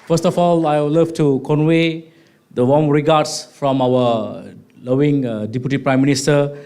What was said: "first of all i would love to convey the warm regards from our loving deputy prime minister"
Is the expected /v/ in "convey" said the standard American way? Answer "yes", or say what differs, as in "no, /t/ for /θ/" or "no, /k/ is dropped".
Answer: no, /w/ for /v/